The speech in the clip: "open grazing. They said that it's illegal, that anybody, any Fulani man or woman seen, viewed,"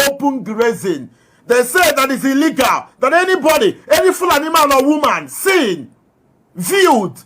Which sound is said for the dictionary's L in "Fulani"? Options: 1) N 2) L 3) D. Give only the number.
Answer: 2